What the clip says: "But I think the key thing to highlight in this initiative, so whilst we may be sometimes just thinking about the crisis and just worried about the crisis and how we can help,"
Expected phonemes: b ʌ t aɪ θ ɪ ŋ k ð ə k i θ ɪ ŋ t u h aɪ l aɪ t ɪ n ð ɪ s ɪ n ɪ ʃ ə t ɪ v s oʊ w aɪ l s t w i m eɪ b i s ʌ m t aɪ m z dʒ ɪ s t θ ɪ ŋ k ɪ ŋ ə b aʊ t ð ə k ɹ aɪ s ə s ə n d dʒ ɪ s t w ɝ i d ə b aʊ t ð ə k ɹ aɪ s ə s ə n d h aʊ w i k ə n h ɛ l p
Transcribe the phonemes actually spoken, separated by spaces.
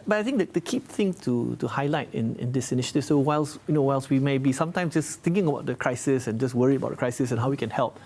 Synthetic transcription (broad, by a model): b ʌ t aɪ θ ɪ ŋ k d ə k i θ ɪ ŋ t u h aɪ l aɪ t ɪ n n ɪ s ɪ n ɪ ʃ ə t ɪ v s oʊ w aɪ l s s w i m eɪ b i s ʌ m t aɪ m s dʒ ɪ s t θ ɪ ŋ k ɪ ŋ ə b aʊ t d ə k ɹ aɪ s ə s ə n dʒ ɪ s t w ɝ i ə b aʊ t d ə k ɹ aɪ s ə s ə n h aʊ w i k ə n h ɛ l p